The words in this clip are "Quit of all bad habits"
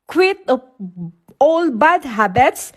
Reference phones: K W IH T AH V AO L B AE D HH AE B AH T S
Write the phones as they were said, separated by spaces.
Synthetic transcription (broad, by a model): K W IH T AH AO L B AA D HH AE B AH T S